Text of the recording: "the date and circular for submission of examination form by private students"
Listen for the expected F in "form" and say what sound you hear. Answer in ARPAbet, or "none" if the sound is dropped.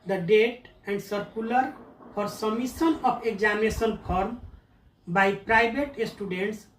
P